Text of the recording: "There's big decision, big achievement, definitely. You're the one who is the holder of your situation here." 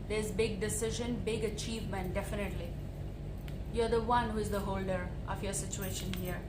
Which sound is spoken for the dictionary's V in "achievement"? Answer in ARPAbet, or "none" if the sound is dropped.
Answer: V